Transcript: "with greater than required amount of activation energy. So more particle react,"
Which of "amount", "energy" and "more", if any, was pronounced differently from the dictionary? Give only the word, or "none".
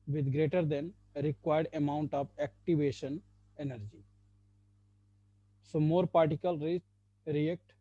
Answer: none